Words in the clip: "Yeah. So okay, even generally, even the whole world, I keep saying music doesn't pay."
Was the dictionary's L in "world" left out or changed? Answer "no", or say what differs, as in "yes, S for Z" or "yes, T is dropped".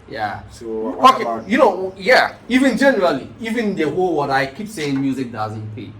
yes, L is dropped